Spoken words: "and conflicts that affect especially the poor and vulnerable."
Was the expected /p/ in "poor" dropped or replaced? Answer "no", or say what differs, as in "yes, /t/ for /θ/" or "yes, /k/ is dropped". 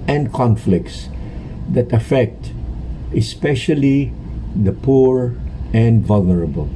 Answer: no